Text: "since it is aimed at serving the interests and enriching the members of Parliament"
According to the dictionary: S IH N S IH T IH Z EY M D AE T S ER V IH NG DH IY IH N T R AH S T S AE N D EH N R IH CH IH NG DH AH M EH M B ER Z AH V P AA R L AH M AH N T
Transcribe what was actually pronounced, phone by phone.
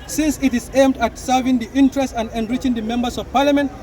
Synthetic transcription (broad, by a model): S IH N S IH T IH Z EY M D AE T S ER V IH NG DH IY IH N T R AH S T AE N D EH N R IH CH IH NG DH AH M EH M B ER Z AH V P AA R L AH M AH N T